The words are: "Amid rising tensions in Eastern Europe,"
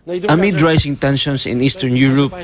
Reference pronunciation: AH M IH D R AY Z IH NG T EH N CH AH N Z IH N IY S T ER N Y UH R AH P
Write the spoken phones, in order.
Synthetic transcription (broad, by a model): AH M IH D R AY S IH NG T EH N SH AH N S IH N IY S T ER N Y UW R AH P